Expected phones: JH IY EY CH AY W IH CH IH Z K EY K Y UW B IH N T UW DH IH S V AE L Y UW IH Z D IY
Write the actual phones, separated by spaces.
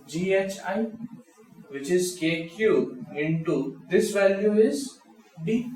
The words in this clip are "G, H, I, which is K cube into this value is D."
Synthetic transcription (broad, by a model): JH IY EY CH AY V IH CH IH Z K EY K Y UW IH N T UW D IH S V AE L Y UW IH Z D IY